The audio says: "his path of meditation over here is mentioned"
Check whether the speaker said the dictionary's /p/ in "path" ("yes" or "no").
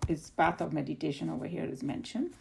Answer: no